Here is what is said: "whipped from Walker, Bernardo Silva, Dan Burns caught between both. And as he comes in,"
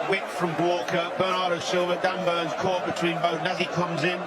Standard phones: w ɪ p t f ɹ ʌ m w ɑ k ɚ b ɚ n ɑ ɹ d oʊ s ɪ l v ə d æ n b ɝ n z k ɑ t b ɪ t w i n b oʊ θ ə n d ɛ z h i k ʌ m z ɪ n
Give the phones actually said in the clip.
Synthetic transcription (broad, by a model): w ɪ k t f ɹ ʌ m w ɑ k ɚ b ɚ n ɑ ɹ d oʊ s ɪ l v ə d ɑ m b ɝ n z k ɑ t b ɪ t w i n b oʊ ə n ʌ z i k ʌ m z ɪ n